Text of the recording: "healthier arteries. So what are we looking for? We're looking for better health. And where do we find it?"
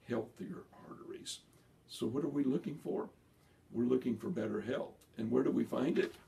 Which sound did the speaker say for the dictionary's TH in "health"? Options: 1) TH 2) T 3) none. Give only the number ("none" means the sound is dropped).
1